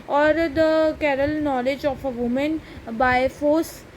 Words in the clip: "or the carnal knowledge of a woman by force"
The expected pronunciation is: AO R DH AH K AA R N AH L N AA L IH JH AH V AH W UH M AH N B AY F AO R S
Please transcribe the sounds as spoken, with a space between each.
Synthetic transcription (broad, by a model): AO R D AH K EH R AH L N AA L IH JH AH F AH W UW M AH N B AY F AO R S